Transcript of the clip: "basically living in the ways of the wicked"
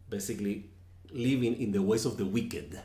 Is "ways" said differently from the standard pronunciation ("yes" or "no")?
yes